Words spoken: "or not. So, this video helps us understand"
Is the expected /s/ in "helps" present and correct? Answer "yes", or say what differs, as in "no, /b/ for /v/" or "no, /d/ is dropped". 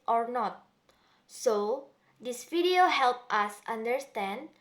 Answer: no, /s/ is dropped